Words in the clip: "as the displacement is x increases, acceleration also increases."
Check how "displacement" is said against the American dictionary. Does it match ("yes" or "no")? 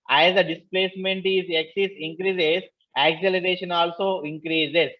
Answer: yes